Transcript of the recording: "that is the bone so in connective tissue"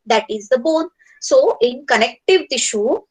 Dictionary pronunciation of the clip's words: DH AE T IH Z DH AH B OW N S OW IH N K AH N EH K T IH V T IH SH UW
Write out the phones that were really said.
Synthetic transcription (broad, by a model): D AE T IH Z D AH B OW N S OW IH N K AH N EH K T IH V T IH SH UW